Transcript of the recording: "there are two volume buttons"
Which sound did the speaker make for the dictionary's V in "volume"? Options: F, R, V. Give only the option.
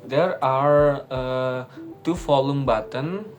F